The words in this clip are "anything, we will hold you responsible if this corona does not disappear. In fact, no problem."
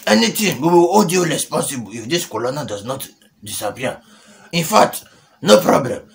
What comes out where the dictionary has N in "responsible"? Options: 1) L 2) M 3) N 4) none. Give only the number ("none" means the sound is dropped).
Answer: 4